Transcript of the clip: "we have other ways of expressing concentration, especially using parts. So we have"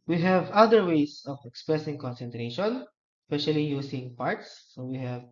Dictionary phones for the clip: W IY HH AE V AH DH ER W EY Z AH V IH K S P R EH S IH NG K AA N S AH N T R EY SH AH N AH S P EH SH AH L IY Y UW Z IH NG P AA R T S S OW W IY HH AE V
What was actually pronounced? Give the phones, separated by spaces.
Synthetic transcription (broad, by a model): W IY HH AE V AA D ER W EY S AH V IH K S P R EH S IH NG K AA N S AH N T R EY SH AH N S P EH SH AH L IY Y UW S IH NG P AA R T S S OW W IY HH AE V